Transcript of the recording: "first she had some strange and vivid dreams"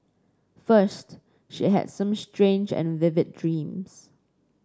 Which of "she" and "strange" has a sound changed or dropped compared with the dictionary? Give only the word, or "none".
none